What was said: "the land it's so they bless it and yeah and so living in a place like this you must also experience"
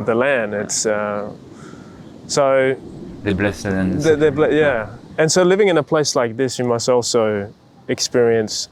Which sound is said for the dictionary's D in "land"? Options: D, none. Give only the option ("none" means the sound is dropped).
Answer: D